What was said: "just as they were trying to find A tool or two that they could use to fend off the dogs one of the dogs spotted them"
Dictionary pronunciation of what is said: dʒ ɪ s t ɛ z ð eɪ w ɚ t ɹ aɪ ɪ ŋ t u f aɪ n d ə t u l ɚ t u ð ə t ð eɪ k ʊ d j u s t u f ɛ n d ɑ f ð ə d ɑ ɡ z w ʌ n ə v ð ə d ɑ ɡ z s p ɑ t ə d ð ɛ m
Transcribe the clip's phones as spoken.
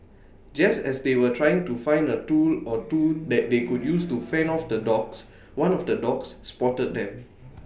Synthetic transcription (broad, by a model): dʒ ɪ s t ɛ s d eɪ w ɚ t ɹ aɪ ɪ ŋ t u f aɪ n d ə t u l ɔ t u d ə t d eɪ k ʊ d j u s t u f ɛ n ɑ f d ə d ɑ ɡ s w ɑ n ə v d ə d ɑ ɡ s p ɑ t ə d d ɛ m